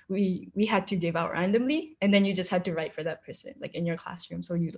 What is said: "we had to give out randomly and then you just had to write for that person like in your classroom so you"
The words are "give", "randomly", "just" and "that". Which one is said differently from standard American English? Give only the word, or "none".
none